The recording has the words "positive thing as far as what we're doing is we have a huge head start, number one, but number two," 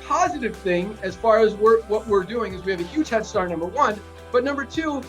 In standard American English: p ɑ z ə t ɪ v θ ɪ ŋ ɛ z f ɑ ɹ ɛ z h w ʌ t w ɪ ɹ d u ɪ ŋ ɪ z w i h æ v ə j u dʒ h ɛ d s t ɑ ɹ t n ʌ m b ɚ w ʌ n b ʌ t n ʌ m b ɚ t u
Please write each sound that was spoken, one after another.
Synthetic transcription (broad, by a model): p ɑ z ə t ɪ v θ ɪ ŋ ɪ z f ɑ ɹ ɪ z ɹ w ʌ t w ɪ ɹ d u ɪ ŋ ɪ z w i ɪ v ə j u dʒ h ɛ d s t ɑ ɹ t n ʌ m b ɚ w ʌ n b ʌ t n ʌ m b ɚ t u